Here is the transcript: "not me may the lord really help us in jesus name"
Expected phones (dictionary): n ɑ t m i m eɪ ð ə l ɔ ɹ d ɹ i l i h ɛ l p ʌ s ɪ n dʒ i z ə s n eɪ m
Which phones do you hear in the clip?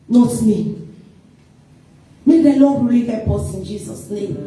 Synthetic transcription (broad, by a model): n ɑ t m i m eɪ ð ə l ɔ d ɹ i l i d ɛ p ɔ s ɪ n dʒ i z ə s n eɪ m